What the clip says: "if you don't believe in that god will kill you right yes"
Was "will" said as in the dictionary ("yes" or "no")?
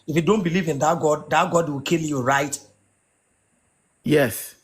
no